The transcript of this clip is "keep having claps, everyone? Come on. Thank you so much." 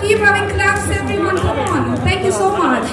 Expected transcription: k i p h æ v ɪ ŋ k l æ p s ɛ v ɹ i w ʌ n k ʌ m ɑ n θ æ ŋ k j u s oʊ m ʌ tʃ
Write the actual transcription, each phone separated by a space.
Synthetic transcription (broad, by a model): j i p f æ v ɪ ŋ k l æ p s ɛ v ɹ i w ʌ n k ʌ ɑ n t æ ŋ k j u s oʊ m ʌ tʃ